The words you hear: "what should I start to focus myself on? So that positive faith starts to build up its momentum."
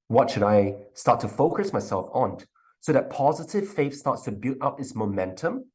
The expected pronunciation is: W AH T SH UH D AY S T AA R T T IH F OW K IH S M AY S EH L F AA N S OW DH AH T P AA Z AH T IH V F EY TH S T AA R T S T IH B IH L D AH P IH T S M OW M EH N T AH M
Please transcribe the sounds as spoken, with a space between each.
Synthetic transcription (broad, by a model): W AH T SH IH D AY S T AA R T T IH F OW K IH S M AY S EH L F N S OW DH AH T P AA Z AH T IH V F EY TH S T AA R T S T IH B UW D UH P IH T S M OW M EH N T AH M